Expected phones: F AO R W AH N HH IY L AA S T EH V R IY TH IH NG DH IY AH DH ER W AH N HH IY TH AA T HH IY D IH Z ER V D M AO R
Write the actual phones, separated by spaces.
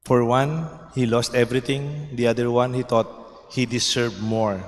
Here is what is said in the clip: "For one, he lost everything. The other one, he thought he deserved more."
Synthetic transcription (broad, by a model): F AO R W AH N HH IY L AA S T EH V R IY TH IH NG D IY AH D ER W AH N HH IY T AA T HH IY D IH S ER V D M AO R